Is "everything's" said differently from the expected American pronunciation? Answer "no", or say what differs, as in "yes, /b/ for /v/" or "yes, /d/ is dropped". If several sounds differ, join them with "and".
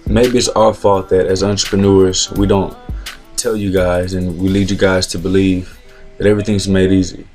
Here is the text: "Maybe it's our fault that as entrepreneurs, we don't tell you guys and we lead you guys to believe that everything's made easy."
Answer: no